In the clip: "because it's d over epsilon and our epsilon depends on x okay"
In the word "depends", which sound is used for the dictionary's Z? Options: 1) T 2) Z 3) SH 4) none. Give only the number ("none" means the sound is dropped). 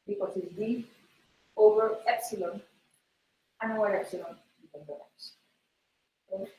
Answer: 4